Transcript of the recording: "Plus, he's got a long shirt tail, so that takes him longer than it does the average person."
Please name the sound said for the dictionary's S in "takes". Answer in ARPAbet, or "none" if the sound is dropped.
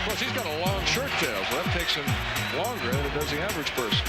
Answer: S